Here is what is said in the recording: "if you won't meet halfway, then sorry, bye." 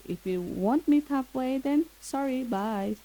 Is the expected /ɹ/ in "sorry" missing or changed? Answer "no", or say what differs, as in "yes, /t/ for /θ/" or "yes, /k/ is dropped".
no